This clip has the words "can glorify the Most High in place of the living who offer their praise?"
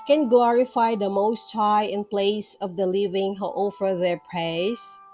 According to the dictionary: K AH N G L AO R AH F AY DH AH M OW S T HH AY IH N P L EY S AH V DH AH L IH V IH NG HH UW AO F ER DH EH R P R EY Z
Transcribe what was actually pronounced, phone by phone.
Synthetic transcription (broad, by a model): K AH N G L AO R AH F AY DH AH M OW S T HH AY IH N P L EY S AH V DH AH L IH V IH NG HH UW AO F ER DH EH R P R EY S